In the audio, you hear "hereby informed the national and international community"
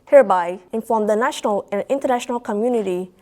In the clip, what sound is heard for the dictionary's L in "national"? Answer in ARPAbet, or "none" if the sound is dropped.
L